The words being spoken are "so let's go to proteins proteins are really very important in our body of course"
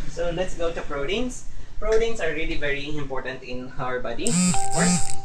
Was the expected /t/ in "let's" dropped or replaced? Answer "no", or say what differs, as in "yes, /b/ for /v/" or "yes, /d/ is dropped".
no